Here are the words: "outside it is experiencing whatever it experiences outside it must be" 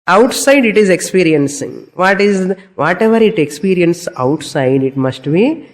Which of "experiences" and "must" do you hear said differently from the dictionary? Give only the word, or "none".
experiences